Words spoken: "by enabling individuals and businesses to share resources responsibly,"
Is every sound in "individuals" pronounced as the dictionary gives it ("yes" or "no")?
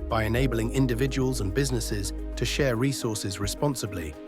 yes